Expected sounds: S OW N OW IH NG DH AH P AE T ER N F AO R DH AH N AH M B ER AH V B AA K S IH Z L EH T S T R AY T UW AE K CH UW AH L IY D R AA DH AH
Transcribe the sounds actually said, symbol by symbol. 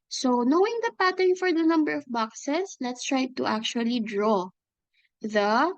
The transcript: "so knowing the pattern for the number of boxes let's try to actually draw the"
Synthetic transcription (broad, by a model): S OW N OW IH NG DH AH P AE T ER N F AO R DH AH N AH M B ER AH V B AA K S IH S L EH T S T R AY T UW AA K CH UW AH L IY D R AA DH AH